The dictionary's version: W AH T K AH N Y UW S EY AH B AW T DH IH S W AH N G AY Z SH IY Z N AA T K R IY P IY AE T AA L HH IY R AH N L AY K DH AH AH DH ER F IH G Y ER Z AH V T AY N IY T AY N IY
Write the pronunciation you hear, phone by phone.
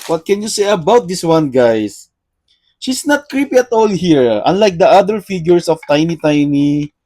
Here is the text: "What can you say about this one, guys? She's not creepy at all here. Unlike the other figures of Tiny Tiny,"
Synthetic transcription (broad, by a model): W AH T K AH N Y UW S EY AH B AW T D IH S W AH N G AY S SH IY S N AA T K R IY P IY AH T AA L HH IY R AH N L AY K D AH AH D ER F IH G Y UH S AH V T AY N IY T AY N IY